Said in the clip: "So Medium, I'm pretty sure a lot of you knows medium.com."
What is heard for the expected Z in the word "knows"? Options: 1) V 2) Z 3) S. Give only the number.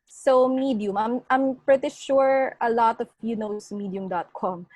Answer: 3